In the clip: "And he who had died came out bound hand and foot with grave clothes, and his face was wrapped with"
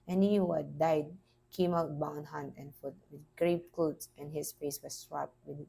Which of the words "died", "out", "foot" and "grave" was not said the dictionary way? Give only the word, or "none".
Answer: grave